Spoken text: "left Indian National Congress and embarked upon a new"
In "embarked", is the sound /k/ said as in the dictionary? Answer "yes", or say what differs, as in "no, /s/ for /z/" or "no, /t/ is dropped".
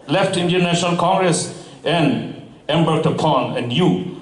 no, /k/ is dropped